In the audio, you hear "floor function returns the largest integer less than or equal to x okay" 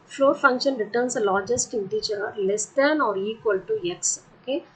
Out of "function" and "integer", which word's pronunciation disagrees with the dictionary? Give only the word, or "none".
integer